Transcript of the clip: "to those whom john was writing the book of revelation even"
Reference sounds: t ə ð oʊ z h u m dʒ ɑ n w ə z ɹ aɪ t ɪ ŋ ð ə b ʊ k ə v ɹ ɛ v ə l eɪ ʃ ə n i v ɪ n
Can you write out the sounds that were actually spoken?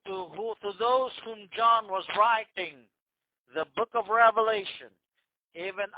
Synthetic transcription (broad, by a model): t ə ð oʊ z h u m dʒ ɑ n w ə z ɹ aɪ t ɪ ŋ ð ə b ʊ k ə v ɹ ɛ v ə l eɪ ʃ ə n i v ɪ n